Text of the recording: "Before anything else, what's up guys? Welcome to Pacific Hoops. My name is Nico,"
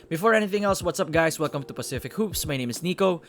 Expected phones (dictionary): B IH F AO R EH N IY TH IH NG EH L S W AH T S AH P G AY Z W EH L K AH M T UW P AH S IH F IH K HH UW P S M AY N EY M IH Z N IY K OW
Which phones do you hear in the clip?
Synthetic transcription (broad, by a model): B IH F AO R EH N IY TH IH NG EH L S W AH T S AH P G AY S W EH L K AH M T UW P AH S IH F IH K HH UW P S M AY N EY M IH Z N IY K OW